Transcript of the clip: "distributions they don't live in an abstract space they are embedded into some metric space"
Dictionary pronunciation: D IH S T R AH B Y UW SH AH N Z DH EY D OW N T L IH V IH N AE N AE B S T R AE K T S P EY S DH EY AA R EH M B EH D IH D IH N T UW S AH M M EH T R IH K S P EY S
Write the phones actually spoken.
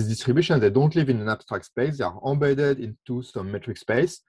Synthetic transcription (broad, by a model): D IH S T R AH B Y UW SH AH N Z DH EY D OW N T L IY V IH N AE N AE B S T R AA K T S P EY S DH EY AA R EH B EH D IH D IH N T UW S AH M M EH T R IH K S P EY S